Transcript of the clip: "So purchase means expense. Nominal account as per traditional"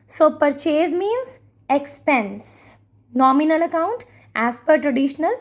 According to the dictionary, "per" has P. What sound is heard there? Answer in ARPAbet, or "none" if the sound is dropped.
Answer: P